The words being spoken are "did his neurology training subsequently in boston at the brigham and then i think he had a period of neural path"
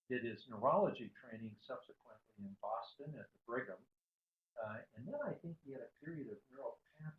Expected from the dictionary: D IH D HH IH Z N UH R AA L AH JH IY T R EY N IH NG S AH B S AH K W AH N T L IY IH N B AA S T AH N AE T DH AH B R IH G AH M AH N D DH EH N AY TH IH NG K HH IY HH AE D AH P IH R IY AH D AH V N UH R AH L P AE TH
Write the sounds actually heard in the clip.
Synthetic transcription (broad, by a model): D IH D IH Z N UH R AA L AH JH IY T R EY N IH NG S AH B S AH K W AH N T L IY IH N B AA S T AH N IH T DH AH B R IH G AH M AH N DH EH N AY TH IH NG K HH IY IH D AH P IH R IY AH D AH V N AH R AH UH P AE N